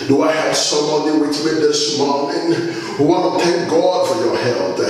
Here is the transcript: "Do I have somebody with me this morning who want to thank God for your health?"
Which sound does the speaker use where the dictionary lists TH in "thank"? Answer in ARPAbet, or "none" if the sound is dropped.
T